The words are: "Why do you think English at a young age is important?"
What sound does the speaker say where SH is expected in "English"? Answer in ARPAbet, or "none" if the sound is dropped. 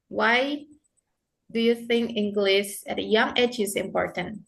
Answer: S